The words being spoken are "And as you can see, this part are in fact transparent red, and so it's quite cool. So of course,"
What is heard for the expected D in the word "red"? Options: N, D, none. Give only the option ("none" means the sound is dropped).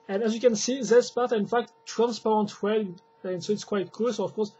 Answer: none